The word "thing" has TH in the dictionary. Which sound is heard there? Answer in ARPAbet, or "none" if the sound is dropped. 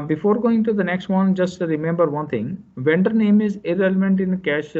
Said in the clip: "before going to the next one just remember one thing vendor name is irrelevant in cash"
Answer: T